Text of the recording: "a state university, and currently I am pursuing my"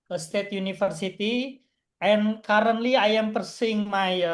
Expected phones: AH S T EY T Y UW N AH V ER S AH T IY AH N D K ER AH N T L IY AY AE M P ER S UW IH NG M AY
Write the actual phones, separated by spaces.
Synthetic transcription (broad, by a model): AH S T EY T Y UW N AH F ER S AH T IY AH N K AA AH N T L IY AY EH M P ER S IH NG M AY